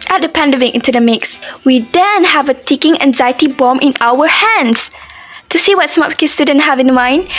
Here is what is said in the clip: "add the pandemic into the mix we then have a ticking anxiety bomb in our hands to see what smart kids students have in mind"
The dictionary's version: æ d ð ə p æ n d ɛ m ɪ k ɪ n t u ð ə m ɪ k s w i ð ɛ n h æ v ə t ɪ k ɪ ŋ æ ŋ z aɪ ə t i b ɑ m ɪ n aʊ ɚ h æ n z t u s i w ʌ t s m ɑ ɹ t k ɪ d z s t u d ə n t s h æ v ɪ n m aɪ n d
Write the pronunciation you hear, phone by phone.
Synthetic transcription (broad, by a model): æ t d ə p æ n d ɛ m ɪ k ɪ n t u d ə m ɪ k s w i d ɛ n h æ v ə t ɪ k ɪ ŋ æ ŋ z aɪ ə t i b ɑ m ɪ n aʊ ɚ h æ n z t u s i w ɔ t s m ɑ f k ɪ s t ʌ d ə n h æ v ɪ n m aɪ n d